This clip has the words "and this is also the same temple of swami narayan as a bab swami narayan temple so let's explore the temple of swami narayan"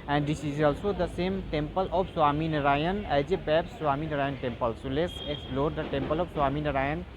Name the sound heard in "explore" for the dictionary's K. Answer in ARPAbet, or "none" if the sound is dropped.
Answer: K